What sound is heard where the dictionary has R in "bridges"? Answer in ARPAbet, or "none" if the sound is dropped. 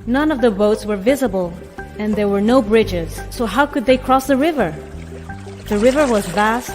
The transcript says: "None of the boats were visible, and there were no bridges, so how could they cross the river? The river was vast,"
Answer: R